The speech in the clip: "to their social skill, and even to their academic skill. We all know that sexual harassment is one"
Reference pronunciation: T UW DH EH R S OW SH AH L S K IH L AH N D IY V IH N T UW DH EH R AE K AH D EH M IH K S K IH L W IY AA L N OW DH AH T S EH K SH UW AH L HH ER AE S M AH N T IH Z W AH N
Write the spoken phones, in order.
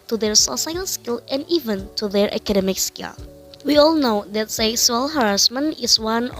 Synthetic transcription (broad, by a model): T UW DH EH R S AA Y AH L S K IH L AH N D IY V IH N T UW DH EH R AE K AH D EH M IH K S K IH L W IY AA L N OW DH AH T S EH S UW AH L HH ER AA S M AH N IH S W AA N